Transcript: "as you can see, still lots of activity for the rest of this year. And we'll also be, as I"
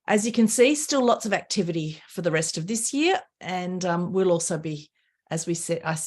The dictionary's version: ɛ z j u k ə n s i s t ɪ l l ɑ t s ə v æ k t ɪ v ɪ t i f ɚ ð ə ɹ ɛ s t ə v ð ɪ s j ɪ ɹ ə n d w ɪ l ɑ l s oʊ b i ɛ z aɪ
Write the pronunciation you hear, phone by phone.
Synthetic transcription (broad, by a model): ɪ z j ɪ k ə n s i s t ɪ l l ɑ t s ə v æ k t ɪ v ɪ t i f ɚ ð ə ɹ ɛ s t ə v ð ɪ s j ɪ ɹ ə n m w ɪ l ɑ l s oʊ b i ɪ z aɪ